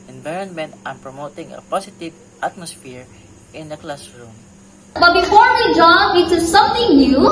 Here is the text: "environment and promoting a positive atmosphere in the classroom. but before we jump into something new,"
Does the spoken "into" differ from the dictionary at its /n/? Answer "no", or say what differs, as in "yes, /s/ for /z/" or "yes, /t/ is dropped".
yes, /n/ is dropped